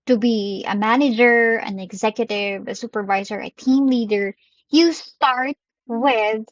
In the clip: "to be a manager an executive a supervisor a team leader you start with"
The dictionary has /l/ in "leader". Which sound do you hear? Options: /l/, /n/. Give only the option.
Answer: /l/